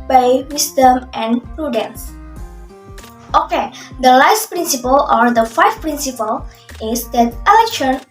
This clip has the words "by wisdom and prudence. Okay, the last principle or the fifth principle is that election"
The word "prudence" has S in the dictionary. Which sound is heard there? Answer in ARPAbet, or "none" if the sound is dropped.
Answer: S